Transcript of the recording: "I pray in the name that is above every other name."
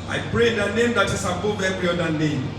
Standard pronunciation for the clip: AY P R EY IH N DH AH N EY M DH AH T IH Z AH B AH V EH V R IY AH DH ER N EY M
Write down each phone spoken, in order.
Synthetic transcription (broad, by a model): AY P R EY IH N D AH N EY M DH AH T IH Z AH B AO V EH V R IY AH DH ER N EY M